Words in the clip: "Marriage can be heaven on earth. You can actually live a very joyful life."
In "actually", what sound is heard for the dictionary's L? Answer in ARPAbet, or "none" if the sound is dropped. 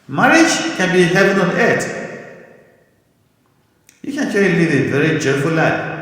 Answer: none